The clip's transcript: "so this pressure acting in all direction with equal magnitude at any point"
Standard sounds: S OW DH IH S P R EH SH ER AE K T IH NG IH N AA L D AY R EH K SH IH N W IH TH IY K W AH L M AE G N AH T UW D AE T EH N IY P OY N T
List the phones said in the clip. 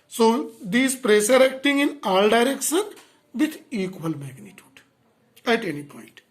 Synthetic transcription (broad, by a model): S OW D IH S P R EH S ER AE K T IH NG IH N AA L D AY R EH K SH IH N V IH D IY K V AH L M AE G N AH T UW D AE T EH N IY P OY N T